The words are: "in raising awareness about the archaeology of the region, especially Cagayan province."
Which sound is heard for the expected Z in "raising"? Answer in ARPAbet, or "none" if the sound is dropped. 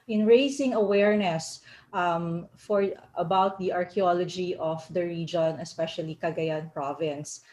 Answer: S